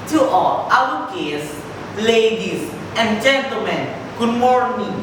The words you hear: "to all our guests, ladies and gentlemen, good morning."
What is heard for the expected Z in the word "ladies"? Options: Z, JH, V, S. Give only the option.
S